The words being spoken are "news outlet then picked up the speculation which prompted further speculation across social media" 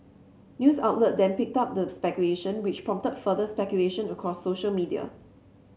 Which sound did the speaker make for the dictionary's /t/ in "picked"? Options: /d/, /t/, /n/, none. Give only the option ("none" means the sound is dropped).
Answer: /t/